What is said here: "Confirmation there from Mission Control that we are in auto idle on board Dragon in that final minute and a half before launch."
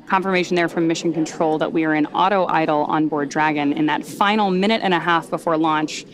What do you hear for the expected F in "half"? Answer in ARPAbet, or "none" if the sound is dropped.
F